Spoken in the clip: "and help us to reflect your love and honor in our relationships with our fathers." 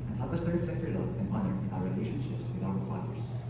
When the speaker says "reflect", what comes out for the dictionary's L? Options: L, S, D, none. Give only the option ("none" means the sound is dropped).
none